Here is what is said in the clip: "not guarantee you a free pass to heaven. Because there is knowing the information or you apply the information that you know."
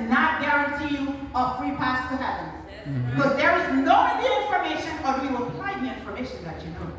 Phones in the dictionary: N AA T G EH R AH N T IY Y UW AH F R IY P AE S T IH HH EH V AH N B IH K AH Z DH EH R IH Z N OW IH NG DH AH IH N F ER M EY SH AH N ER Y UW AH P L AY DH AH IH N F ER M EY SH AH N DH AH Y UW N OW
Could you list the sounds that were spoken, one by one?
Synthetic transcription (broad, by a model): N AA T G EH R AH N T IY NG AH F R IY P AE S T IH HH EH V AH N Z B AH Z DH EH R IH Z N OW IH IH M F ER M EY SH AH N ER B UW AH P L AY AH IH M F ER M EY SH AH N DH AH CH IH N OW